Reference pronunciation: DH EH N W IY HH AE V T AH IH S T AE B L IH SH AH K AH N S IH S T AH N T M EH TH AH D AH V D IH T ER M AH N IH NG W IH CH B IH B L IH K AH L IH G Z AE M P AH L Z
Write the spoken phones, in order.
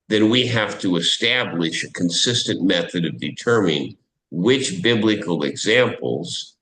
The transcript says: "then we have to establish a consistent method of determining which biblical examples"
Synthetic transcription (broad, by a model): DH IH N W IY HH AE F T AH IH S T AE B L IH SH AH K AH N S IH S T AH N M EH TH AH D AH V D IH T ER M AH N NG W IH CH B IH B L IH K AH L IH G Z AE M P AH L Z